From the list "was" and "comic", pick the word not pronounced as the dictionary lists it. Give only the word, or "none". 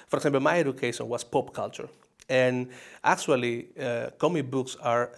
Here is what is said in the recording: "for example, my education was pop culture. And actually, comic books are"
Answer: was